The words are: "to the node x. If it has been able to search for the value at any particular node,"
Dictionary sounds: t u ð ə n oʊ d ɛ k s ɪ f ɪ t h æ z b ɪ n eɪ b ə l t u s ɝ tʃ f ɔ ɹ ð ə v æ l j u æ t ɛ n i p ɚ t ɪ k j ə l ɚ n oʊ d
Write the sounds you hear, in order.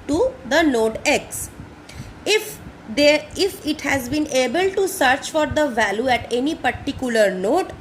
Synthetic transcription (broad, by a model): t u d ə n oʊ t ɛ k s ɪ f ɪ t h æ z b ɪ n eɪ b ə l t u s ɝ tʃ f ɔ ɹ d ə v æ l j u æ t ɛ n i p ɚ t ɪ k j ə l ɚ n oʊ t